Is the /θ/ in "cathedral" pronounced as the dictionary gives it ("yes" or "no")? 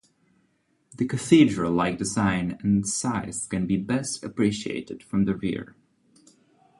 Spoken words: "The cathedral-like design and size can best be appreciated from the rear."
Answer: yes